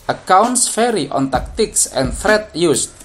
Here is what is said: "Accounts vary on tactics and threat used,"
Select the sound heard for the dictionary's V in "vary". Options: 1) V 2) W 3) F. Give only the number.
3